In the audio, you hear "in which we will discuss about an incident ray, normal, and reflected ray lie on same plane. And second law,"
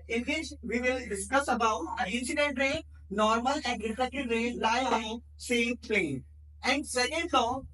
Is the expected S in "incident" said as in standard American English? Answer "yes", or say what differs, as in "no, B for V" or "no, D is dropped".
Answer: yes